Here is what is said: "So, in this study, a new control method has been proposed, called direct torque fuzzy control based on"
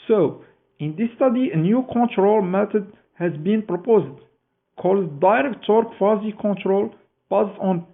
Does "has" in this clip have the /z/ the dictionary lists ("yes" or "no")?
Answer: yes